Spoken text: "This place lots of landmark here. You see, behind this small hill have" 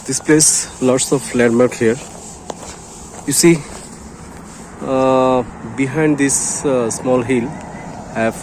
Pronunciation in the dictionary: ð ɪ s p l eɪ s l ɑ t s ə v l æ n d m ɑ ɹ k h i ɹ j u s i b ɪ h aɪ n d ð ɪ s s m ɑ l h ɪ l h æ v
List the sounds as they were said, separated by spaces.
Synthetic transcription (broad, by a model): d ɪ s p l eɪ s l ɑ t s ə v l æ d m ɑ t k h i ɹ j u s i b ɪ h aɪ n d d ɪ s s m ɑ l h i l h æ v